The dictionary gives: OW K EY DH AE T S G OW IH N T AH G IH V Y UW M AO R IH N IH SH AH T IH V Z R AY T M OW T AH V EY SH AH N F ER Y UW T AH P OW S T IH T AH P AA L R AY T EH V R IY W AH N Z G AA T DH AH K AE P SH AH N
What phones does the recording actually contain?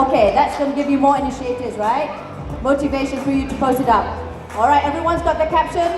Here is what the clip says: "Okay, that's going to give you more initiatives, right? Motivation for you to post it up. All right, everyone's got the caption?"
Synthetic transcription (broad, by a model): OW K EY DH AE T S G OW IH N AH G IH V Y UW M AO R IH N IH SH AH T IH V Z R AY T M OW T AH V EY SH AH N F ER Y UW T AH P OW S T IH T AH P AA L R AY T EH V R IY W AH N Z G AA T DH AH K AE P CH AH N